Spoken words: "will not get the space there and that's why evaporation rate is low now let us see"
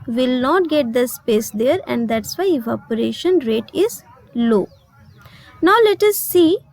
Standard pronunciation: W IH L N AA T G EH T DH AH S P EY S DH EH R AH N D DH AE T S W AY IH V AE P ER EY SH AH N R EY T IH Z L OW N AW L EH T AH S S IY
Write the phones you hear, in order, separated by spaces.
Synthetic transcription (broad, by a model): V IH L N AA T G EH T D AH S P EY S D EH R AH N D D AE T S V AY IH F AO P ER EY SH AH N R EY T IH Z L OW N AW L EH T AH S S IY